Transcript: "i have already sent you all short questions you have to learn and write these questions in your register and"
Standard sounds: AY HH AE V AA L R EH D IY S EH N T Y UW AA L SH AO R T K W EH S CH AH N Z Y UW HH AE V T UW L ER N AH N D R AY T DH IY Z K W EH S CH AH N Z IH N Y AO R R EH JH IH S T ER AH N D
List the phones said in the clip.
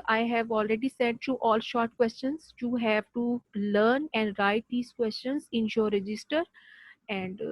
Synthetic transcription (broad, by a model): AY HH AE V AA L R EH D IY S EH N T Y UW AA L SH AO R T K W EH S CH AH N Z Y UW HH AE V T UW L ER N AH N D R AY T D IY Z K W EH S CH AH N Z IH N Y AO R R EH JH IH S T ER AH N D